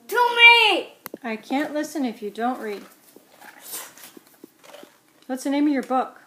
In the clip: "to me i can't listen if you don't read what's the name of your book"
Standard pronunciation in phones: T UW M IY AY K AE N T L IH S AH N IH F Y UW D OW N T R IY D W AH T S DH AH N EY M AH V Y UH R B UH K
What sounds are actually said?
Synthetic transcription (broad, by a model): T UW M IY AY K AE N T L IH S AH N IH F Y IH D OW N T R IY D W AH T S DH AH N EY M AH V Y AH R B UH K